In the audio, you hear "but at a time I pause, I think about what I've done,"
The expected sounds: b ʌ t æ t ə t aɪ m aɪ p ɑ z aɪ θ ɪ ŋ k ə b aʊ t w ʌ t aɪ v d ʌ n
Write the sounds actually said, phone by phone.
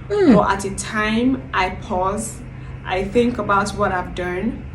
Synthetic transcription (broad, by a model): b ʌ t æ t ə t aɪ m aɪ p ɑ z aɪ θ ɪ ŋ k ə b aʊ t w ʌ t aɪ v d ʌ n